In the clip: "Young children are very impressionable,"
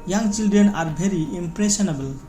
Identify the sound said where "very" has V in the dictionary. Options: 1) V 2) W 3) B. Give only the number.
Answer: 3